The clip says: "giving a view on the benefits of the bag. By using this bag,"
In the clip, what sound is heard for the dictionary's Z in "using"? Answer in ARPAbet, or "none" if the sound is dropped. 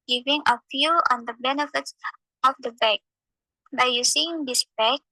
S